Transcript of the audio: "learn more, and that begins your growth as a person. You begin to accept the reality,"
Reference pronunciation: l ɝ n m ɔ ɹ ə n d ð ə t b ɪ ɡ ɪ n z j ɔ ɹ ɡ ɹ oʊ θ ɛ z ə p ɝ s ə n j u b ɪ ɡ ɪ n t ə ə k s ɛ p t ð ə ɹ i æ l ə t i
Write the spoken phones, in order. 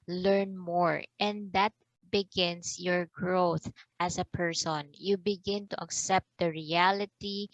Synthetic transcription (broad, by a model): l ɝ n m ɔ ɹ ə n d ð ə t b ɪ ɡ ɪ n s j ɔ ɹ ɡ ɹ oʊ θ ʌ s ə p ɝ s ə n j u b ɪ ɡ ɪ n t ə ə k s ɛ p t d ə ɹ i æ l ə t i